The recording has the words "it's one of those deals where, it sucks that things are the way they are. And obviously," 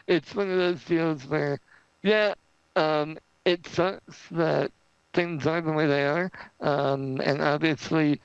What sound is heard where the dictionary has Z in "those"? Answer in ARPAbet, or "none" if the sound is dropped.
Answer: Z